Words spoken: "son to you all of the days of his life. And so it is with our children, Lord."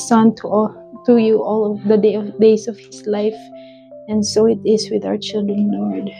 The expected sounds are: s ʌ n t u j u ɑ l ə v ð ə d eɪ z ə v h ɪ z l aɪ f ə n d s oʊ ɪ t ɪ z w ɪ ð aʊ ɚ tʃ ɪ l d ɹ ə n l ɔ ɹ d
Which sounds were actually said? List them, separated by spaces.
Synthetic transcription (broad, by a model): s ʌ n t u j u ɑ l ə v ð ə d eɪ s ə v h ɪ s l aɪ f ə n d s oʊ ɪ t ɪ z w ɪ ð aʊ ɚ tʃ ɪ l d ɹ ə n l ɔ ɹ d